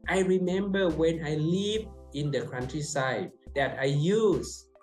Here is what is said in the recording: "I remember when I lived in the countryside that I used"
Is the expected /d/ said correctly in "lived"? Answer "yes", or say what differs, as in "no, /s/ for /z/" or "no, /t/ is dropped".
no, /d/ is dropped